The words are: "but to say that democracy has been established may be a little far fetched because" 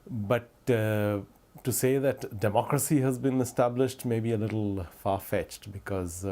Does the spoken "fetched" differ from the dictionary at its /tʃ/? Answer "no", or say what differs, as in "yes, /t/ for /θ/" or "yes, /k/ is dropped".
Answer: no